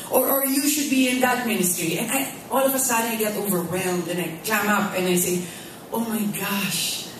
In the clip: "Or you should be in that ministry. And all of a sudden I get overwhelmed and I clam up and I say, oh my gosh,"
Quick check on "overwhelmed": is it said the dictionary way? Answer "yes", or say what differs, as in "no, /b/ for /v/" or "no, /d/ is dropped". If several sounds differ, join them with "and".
yes